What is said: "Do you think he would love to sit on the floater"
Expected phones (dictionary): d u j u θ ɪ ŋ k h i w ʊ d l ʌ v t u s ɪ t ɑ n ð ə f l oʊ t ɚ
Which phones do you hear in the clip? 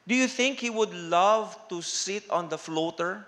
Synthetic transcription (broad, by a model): d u j u θ ɪ ŋ k h i w ʊ d l ʌ v t u s ɪ t ɑ n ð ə f l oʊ t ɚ